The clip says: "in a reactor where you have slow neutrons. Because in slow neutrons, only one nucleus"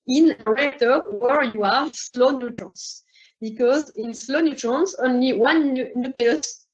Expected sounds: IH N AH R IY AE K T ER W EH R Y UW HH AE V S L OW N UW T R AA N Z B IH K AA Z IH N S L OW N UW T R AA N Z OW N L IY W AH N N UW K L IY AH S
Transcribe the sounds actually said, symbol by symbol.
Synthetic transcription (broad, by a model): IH N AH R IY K T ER W EH R Y UW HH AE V S L OW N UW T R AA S B IH K AA Z IH N S L OW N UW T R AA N S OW N L IY W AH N N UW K L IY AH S